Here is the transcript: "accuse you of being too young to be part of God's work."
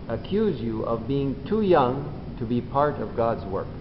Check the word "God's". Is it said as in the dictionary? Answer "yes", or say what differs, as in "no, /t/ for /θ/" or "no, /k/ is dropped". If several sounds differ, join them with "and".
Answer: yes